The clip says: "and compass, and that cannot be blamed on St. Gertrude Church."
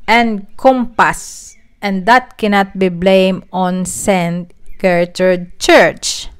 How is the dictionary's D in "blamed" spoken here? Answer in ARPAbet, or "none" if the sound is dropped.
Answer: none